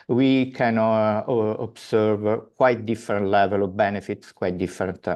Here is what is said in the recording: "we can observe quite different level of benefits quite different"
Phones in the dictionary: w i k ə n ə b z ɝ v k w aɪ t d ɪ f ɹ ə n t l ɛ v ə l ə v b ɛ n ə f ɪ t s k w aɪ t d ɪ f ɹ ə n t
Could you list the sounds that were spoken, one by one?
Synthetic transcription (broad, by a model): w i k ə n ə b s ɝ v k w aɪ t d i f ɹ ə n t l ɛ v ə l ə v b ɛ n ə f ɪ t s k w aɪ t d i f ɹ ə n t